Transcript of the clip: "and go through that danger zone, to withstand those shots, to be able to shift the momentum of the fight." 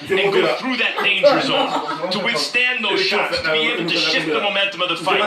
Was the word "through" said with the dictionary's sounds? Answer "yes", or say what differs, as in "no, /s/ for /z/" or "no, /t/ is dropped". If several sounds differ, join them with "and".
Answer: yes